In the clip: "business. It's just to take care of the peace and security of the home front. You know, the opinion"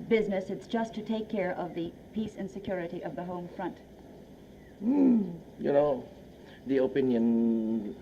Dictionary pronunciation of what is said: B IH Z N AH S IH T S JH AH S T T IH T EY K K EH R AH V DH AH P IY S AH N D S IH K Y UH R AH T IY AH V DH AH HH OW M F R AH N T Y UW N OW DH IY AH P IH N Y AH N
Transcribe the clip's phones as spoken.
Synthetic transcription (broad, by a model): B IH Z N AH S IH T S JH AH S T T IH T EY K K EH R AH V DH AH P IY S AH N S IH K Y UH R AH T IY AH V DH AH HH OW M F R AH N T Y UW N OW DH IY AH P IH N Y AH N